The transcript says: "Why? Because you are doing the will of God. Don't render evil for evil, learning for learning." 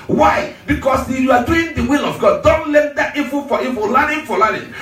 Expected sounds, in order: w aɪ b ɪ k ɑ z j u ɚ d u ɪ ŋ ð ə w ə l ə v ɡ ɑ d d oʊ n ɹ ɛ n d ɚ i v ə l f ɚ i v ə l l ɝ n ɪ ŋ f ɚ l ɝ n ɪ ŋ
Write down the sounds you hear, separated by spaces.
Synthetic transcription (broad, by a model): w aɪ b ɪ k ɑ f j u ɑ d u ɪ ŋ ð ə w ə l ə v ɡ ɑ d d oʊ n l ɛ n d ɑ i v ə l f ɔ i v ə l l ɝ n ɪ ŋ f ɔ l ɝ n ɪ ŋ